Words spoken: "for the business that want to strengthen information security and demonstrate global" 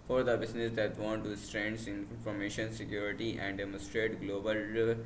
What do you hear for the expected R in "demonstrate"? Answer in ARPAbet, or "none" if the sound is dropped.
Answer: R